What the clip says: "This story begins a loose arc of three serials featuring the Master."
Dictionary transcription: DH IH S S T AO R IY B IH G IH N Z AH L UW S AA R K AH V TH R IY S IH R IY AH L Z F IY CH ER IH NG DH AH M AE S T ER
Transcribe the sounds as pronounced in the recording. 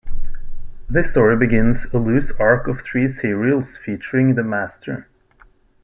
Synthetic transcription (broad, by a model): DH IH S S T AO R IY B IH G IH N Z AH L UW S AA R K AH V TH R IY S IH R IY L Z F IY CH ER IH NG DH AH M AE S T ER